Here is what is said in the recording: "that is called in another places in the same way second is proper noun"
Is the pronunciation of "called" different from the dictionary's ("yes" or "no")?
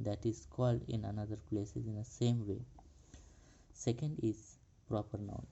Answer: no